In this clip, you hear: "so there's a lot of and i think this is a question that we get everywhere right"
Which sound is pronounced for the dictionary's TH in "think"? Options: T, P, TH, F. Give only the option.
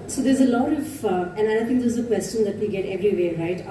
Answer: T